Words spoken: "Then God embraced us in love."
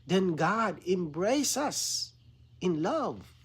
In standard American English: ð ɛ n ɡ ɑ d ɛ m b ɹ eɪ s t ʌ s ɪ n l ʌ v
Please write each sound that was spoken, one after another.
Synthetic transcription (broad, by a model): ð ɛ n ɡ ɑ d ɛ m b ɹ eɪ s ʌ s ɪ n l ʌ v